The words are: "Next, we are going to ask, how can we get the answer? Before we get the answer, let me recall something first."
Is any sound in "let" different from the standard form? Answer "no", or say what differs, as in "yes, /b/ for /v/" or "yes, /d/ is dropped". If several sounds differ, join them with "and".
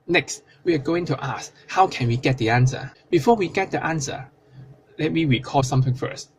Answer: no